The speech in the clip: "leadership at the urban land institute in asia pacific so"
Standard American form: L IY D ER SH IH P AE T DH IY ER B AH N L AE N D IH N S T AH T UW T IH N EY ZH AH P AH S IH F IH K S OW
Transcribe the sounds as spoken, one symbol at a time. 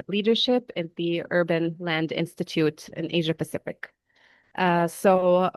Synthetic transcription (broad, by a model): L IY D ER SH IH P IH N DH IY ER B AH N L AE N D IH N S T AH T UW T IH N EY ZH AH P AH S IH F IH K S OW